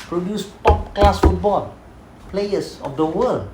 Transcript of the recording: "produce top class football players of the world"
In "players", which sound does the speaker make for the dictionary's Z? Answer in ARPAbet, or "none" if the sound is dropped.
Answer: S